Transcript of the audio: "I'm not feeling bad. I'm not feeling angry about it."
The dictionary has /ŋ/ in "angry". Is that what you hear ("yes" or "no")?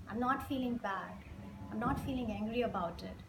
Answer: yes